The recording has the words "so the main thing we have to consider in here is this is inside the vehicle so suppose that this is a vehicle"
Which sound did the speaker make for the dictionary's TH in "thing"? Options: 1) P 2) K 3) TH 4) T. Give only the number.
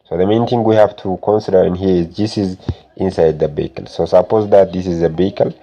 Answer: 4